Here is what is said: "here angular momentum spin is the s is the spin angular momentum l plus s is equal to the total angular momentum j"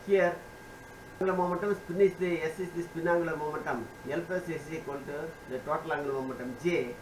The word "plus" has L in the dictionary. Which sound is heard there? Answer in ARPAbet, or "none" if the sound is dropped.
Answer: none